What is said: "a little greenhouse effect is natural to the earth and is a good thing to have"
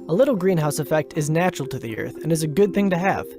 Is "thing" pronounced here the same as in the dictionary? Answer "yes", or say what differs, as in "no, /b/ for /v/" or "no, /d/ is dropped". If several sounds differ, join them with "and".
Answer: yes